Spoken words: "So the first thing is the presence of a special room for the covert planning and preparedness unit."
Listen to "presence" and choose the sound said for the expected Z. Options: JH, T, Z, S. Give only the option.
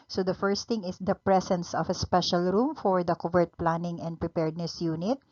S